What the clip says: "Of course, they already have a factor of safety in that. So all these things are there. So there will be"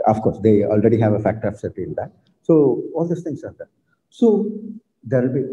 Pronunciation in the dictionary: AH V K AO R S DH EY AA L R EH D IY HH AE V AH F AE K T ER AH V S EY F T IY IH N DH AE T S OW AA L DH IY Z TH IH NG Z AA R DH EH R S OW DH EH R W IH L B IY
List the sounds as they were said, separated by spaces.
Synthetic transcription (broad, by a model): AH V K AO R S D EY AA L R EH D IY HH AE V AH F AE K T ER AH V S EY T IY IH N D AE T S OW AA L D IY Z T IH NG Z AA R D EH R S OW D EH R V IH L B IY